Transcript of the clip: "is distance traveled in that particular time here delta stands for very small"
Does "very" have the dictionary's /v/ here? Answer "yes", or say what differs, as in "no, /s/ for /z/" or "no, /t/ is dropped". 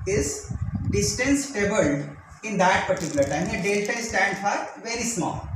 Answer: yes